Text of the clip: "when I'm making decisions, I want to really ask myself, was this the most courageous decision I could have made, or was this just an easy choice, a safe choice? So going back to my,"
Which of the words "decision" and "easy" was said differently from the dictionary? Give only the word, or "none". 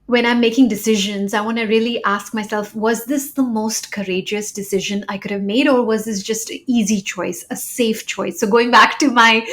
none